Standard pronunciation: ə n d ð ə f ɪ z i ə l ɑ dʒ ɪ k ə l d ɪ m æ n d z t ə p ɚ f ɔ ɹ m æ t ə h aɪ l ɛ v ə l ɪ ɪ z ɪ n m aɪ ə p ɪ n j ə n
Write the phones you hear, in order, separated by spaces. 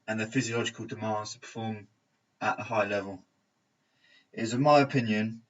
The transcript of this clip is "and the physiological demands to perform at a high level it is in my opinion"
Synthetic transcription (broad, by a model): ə n ð ə f ɪ z i ə l ɑ dʒ ɪ k ə l d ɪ m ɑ n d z t ə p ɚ f ɔ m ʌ t ə h aɪ l ɛ v ə l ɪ ɪ z ɪ n m aɪ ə p ɪ n j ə n